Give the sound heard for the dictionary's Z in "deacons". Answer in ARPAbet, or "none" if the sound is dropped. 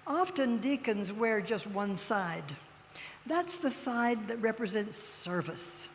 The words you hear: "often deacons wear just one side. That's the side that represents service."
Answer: Z